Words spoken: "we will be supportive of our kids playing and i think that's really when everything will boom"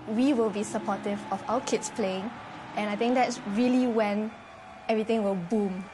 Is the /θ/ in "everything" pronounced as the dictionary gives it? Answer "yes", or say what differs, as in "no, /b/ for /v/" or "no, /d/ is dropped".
no, /t/ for /θ/